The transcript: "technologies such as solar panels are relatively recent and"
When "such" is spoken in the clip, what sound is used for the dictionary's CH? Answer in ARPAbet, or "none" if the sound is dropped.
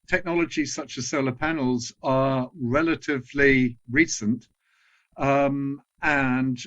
CH